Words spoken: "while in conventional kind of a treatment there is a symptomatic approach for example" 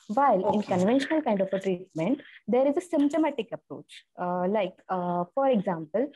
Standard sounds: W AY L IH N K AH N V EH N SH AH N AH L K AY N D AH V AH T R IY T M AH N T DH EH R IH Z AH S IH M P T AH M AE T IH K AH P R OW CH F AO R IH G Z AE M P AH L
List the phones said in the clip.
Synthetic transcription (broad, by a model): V AY L IH N K AH N V EH N SH AH N AH L K AY N D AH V AH T R IY T M AH N T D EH R IH Z AH S IH M P T AH M AE T IH K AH P R OW CH F AO R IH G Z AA M P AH L